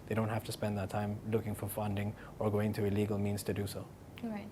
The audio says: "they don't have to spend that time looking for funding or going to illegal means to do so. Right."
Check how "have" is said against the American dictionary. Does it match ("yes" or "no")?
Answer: no